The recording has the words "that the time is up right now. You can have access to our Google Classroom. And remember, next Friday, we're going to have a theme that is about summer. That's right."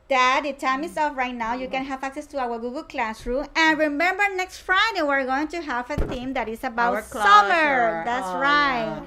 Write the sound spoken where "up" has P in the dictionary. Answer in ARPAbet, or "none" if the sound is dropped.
F